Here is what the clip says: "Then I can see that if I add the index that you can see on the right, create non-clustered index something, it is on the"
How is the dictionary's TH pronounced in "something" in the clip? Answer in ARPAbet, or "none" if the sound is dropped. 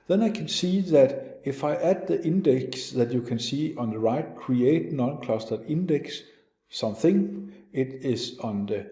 TH